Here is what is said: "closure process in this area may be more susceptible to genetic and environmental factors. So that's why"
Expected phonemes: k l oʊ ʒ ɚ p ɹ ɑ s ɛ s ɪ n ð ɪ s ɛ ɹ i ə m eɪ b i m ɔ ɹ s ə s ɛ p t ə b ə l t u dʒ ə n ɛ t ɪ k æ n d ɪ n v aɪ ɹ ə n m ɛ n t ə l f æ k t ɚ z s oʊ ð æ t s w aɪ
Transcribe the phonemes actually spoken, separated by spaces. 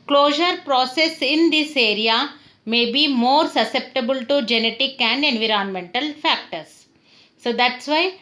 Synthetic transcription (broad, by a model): k l oʊ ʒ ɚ p ɹ ɑ s ɛ s ɪ n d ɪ s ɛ ɹ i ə m eɪ b i m ɔ ɹ s ə s ɛ p t ə b ə l t u dʒ ə n ɛ t ɪ k æ n d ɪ n v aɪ ɹ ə n m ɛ n t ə l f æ k t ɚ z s oʊ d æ t s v aɪ